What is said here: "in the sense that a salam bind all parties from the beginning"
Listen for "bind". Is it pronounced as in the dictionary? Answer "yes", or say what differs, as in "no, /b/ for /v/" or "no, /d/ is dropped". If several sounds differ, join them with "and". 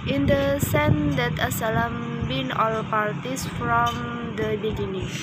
no, /d/ is dropped